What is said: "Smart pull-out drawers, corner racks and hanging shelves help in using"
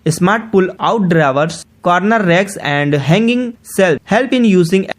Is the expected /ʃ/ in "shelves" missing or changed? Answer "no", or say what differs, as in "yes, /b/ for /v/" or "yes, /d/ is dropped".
yes, /s/ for /ʃ/